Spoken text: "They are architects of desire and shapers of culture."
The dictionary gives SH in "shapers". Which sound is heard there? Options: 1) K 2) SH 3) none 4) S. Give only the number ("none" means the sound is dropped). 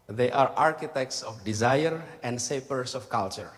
4